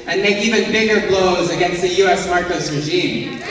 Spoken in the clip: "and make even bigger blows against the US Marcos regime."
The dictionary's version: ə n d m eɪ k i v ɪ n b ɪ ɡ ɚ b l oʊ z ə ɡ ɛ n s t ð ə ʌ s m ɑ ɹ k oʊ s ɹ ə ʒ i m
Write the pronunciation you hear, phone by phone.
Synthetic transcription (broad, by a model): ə n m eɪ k i v ɪ n b ɪ ɡ ɚ b l oʊ z ə ɡ ɛ n s t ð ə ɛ s m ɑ ɹ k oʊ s ɹ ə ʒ i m